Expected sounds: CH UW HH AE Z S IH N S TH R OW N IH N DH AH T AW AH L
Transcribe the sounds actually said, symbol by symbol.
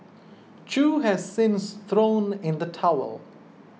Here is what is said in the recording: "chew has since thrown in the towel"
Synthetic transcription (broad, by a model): CH UW HH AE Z S IH N S TH R OW N IH N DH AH T AW AH L